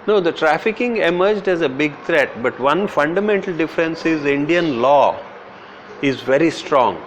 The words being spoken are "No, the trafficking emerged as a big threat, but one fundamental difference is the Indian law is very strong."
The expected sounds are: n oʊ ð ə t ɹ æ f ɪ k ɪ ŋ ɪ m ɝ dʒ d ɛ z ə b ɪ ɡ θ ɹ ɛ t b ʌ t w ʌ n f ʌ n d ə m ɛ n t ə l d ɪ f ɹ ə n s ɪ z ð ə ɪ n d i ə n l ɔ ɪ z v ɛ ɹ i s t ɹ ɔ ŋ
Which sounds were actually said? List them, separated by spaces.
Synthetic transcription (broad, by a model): n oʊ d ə t ɹ æ f ɪ k ɪ ŋ ɪ m ɝ dʒ d ɛ z ə b ɪ ɡ t ɹ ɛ t b ʌ t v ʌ n f ʌ n d ə m ɛ n t ə l d ɪ f ɹ ə n s ɪ z ɪ n d i ə n l ɔ ɪ z v ɛ ɹ i s t ɹ ɔ ŋ